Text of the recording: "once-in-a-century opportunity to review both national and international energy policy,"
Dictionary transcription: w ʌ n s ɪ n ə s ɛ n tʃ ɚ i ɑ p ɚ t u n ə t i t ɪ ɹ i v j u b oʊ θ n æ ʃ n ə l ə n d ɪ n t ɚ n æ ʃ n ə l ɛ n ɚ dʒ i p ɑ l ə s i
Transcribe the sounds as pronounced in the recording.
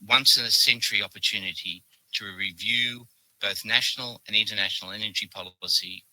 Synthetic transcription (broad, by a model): w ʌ n s ɪ n ə s ɛ n tʃ ɚ i ɑ p ɚ t u n ə t i t ɪ ɹ i v j u b oʊ θ n æ ʃ n l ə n ɪ n t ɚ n æ ʃ n l ɛ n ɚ dʒ i p ɑ l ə s i